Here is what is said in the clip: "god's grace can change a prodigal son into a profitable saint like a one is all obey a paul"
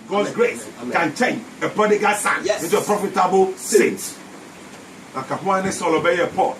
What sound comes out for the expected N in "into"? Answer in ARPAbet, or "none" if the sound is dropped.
none